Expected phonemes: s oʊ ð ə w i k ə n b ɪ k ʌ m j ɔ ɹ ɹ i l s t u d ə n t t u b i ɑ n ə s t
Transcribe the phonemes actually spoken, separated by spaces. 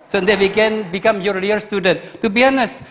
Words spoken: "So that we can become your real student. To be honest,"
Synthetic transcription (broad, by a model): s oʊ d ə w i k ə n b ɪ k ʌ m j ɔ ɹ l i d s t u d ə n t t u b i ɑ n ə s